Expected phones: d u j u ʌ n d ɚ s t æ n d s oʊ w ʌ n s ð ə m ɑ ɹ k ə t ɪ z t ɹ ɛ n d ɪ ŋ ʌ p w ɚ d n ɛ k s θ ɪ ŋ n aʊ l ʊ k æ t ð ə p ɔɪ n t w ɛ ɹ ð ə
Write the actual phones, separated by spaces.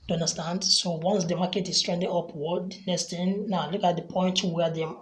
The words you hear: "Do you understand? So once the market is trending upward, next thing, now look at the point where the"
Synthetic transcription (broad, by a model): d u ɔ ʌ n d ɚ s t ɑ n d s oʊ w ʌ n s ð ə m ɑ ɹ k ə t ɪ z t ɹ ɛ n d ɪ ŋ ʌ p w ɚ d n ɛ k s t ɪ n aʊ l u k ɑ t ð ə p ɔɪ n t w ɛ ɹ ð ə